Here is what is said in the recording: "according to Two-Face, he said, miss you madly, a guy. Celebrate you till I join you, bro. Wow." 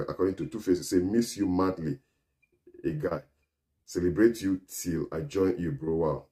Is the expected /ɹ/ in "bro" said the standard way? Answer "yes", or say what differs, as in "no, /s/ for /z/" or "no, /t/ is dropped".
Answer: yes